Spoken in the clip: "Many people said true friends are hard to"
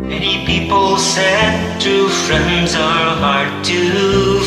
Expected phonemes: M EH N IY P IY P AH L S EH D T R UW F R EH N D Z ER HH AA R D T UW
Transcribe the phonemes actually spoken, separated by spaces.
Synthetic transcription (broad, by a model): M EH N IY P IY P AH L S EH D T UW F R EH N D Z ER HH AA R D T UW